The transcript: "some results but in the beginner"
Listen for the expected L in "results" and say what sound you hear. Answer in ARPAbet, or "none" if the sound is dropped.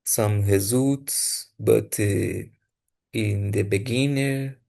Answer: none